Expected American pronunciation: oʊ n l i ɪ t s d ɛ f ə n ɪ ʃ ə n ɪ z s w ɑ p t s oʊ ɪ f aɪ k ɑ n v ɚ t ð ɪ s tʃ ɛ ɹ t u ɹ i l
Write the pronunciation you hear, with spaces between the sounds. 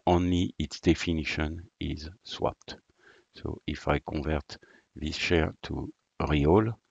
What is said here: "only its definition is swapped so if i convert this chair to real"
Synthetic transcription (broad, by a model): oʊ n l i ɪ t s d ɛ f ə n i ʃ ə n ɪ z s w ɑ p t s oʊ ɪ f aɪ k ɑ v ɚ t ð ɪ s ʃ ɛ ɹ t u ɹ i l